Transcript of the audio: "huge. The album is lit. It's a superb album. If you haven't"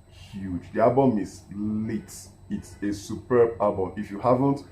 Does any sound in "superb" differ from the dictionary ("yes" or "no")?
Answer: no